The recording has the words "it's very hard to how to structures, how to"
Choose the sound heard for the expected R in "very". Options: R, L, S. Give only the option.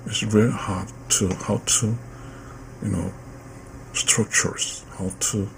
L